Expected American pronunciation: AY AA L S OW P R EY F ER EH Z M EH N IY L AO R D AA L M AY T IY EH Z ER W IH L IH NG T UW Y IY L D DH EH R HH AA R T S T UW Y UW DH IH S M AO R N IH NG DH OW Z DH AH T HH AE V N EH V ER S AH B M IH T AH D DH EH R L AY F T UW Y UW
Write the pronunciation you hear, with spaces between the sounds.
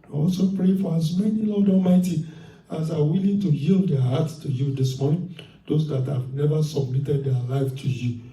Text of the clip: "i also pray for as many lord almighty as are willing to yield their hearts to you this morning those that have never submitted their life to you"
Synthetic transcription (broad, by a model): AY AA L S OW P R EY F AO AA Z M EH N IY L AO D AA L M AY T IY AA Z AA W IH L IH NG T UW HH IY L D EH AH HH AA T S T UW Y UW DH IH S M AO R N IH NG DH OW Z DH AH T HH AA V N EH V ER S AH B M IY T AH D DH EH L AY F T UW Y UW